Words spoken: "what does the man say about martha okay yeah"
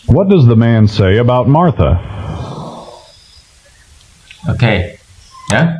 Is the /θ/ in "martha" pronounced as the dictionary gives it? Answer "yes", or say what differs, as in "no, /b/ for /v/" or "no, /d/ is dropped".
yes